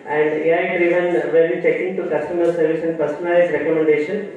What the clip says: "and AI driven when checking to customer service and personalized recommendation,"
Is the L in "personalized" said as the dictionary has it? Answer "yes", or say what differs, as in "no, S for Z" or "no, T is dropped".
no, L is dropped